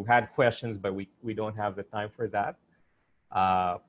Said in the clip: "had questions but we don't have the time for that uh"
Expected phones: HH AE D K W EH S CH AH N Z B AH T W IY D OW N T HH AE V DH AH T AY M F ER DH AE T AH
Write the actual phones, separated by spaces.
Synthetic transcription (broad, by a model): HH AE D K W EH S CH AH N Z B AH T W IY D OW N T HH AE V DH AH T AY M F ER DH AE T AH